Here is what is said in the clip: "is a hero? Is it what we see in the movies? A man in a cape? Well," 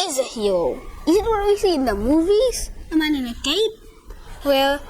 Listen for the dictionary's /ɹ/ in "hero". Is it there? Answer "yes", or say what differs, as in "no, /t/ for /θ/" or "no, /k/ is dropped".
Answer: no, /ɹ/ is dropped